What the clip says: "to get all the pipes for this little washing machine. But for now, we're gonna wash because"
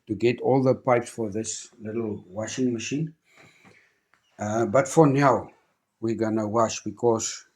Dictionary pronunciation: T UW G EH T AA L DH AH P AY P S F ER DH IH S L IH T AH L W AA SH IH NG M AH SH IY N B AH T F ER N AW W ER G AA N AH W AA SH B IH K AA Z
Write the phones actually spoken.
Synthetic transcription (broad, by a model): T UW G EH T AA L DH AH P AY P S F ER DH IH S L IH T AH L W AA SH IH NG M AH SH IY N B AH T F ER N AW W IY G AA N AH W AA SH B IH K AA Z